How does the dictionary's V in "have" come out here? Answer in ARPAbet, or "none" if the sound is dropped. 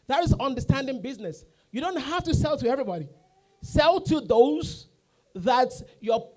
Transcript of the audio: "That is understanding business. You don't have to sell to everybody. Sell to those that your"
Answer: F